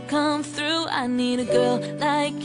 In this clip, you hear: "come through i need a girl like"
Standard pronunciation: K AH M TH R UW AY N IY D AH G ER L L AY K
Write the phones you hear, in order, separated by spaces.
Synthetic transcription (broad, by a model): K AH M TH R UW AY N IY D AH G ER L L AY K